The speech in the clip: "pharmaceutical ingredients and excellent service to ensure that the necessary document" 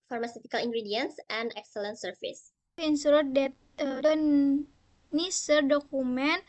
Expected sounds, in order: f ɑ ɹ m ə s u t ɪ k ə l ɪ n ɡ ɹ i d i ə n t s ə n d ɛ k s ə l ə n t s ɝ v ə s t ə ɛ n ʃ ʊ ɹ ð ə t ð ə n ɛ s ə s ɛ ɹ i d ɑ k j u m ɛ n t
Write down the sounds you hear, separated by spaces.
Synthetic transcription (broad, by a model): f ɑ ɹ m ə s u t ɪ k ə l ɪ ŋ ɡ ɹ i d i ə n s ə n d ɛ k s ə l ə n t s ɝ f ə s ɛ n s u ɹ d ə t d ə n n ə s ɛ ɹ d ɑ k u m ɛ n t